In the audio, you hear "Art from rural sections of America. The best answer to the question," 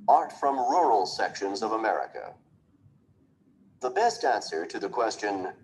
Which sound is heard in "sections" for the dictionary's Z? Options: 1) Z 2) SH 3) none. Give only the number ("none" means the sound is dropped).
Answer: 1